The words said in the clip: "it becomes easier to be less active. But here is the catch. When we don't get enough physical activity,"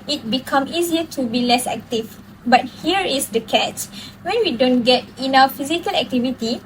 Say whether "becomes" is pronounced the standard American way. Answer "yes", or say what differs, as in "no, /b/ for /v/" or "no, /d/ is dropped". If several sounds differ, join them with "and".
no, /z/ is dropped